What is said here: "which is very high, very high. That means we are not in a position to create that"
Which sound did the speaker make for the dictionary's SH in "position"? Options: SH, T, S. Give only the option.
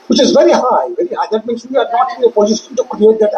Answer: S